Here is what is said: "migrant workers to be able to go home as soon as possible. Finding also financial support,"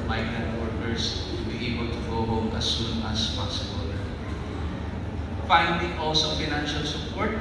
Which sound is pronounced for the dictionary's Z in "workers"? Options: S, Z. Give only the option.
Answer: S